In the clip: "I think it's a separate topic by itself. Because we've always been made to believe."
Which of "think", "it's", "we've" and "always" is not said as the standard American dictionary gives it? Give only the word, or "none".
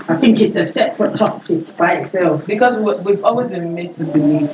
none